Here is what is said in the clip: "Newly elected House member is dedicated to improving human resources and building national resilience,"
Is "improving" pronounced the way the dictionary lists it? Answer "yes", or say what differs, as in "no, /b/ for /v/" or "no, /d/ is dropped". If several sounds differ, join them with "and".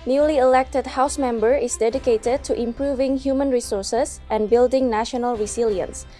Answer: yes